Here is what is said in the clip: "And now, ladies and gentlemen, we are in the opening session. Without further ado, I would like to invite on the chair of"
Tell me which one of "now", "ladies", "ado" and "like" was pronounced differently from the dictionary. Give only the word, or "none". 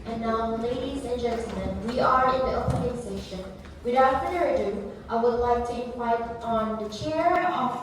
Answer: none